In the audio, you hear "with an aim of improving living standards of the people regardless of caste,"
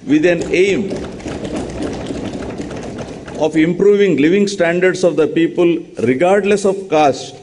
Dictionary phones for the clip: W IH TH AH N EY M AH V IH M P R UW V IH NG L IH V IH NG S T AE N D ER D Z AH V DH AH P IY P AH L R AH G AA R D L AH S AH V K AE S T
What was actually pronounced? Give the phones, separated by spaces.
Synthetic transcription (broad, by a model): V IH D AH N EY M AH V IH M P R UW V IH NG L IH V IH NG S T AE N D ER D S AH V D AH P IY P AH L R AH G AA R D L AH S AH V K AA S T